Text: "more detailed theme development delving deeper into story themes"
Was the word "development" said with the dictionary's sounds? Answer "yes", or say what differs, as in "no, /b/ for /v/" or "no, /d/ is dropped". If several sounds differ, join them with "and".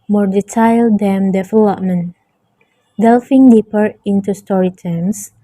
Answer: no, /f/ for /v/